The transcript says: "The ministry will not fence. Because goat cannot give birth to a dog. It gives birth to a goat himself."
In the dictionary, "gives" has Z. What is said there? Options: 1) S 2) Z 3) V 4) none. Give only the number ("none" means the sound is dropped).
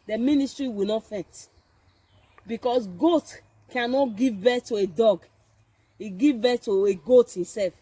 4